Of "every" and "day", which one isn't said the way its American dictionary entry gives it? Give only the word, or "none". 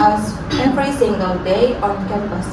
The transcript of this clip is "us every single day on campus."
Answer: every